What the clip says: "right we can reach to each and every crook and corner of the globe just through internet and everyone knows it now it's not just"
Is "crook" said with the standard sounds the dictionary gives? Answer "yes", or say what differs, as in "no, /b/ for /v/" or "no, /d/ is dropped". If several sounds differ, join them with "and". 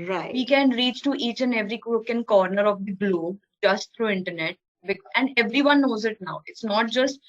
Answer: no, /w/ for /ɹ/